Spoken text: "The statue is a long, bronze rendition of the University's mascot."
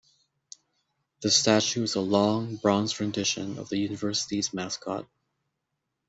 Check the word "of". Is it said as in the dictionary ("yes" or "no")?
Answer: yes